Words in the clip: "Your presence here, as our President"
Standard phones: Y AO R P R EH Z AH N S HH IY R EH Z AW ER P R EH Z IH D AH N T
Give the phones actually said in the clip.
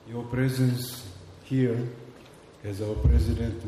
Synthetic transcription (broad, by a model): Y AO P R EH Z AH N S HH IY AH EH Z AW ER P R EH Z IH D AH N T